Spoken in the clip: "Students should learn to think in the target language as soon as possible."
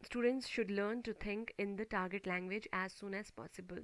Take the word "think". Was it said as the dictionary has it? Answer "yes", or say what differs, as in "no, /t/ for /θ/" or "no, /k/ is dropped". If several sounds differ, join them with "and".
no, /t/ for /θ/